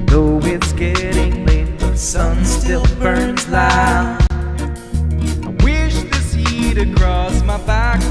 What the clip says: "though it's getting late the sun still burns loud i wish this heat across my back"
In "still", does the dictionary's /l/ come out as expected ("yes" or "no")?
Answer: yes